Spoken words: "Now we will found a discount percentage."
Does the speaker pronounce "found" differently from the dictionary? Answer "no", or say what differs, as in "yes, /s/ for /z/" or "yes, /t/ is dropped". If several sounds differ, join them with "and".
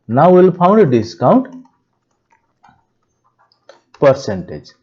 yes, /p/ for /f/